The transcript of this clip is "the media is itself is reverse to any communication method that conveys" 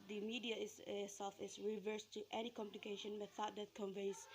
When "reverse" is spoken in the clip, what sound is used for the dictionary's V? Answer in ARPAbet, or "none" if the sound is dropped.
V